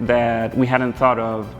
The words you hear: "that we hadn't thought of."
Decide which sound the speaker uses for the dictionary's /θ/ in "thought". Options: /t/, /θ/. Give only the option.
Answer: /θ/